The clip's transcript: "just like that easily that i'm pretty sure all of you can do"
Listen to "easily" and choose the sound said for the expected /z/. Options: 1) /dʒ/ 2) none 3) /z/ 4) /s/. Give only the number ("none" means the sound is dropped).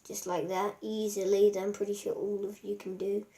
3